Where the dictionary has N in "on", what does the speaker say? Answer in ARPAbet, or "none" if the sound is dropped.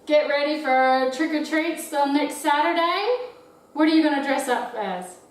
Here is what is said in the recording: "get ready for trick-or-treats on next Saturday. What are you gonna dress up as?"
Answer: L